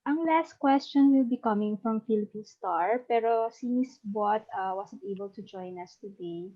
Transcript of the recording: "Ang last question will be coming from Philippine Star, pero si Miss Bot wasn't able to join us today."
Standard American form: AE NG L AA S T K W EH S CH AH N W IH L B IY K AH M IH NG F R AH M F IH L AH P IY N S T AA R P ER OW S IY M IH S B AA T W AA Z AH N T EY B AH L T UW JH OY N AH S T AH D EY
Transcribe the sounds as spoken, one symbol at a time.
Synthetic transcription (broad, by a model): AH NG L AA S T K W EH S CH AH N W IH L B IY K AH M IH NG F R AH M F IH L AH P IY N S T AA R P ER OW S IY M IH S B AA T W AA S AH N T EY B AH L T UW JH OY N AH S T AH D EY